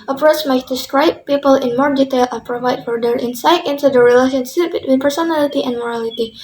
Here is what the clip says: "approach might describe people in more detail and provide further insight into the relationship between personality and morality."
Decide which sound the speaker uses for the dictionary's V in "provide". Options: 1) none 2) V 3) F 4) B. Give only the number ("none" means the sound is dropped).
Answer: 2